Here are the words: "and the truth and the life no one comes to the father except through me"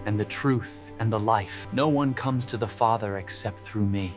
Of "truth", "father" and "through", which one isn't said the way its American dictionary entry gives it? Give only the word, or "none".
none